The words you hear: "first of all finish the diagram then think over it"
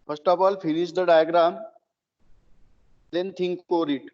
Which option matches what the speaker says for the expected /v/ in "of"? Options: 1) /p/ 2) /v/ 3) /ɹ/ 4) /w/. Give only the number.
1